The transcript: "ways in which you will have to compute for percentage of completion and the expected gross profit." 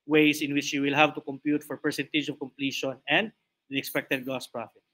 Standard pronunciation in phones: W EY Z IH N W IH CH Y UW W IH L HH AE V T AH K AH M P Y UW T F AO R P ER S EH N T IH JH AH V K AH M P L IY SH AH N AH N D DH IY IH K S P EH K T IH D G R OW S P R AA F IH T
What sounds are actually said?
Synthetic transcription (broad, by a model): W EY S IH N W IH CH Y UW W IH L HH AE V T AH K AH M P Y UW T F AO R P ER S EH N T IH JH AH V K AH M P L IY SH AH N AH N D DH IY IH K S P EH K T IH D G OW S P R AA F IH T